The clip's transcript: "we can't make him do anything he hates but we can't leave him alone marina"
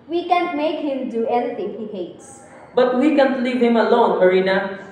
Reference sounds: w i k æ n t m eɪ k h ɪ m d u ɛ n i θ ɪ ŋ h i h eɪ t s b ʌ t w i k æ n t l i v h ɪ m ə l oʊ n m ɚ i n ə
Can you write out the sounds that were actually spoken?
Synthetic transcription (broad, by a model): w i k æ n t m eɪ k h ɪ m d u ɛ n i t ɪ ŋ h i h eɪ t s b ʌ t w i k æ n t l i v h ɪ m ə l oʊ n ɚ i n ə